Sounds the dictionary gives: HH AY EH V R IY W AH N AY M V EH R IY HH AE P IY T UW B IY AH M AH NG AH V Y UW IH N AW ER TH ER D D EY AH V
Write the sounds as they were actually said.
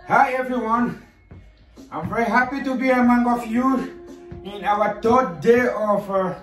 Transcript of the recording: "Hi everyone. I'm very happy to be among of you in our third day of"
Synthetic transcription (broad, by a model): HH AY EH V R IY W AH N AY M V EH R IY HH AE P IY T UW B IY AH M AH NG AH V Y UW IH N AW ER T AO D D EY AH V